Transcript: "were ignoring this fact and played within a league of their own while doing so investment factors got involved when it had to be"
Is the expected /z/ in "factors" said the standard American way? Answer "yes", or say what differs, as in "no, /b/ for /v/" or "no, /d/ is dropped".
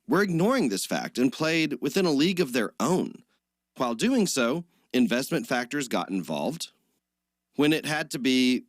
yes